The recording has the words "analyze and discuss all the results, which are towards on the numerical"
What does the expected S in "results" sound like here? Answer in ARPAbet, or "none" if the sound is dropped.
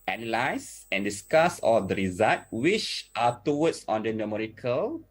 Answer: none